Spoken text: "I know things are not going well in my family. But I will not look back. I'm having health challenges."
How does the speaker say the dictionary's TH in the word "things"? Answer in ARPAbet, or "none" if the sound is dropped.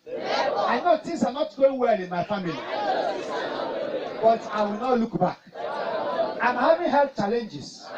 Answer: T